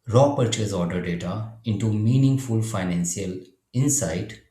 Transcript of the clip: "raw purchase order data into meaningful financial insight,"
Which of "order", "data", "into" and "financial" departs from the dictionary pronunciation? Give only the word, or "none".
financial